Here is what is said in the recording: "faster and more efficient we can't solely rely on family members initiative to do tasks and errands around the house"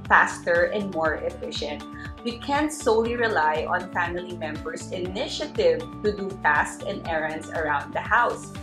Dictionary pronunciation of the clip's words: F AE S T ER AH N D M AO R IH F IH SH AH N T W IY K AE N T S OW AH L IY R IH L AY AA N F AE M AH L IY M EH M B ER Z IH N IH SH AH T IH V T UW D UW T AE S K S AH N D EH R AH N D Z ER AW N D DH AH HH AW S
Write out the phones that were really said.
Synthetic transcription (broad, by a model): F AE S T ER AH N D M AO R IH F IH SH AH N T W IY K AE N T S OW AH L IY R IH L AY AA N F AE M AH L IY M EH M B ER S IH N IH SH AH T IH V T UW D UW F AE S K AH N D EH R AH N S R AW N D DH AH HH AW S